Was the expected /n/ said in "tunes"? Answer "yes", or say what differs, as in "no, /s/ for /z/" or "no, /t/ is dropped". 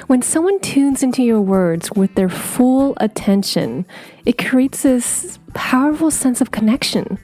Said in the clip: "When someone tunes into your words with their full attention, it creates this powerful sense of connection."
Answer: yes